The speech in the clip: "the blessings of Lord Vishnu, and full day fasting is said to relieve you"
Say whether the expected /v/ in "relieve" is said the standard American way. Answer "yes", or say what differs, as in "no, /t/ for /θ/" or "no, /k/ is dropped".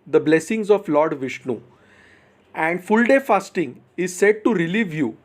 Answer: yes